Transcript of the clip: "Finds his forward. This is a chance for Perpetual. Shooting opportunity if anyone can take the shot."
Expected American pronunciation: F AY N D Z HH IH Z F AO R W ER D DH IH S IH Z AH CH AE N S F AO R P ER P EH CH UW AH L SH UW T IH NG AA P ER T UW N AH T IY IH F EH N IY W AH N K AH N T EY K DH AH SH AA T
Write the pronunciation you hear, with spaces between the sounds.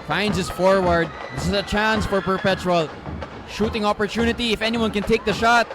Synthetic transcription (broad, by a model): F AY N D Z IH S F AO R W ER D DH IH S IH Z AH CH AE N S F AO R P ER P EH CH UW AH L SH UW T IH NG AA P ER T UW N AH T IY IH F EH N IY W AH N K AH N T EY K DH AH SH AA T